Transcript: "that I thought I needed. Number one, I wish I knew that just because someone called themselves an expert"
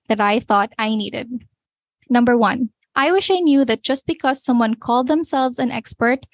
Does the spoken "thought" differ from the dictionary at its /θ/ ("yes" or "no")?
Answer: no